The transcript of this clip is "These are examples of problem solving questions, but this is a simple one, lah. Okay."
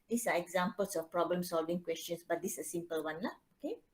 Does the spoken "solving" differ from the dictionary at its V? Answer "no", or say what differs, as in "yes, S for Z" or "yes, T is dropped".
no